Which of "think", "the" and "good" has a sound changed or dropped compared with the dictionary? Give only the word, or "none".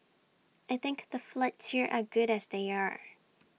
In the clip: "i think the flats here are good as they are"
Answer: none